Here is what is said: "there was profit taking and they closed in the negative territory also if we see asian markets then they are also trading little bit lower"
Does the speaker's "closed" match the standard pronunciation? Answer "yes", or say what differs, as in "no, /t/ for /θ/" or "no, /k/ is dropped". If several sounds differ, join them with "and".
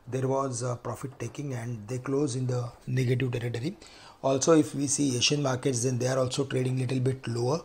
no, /d/ is dropped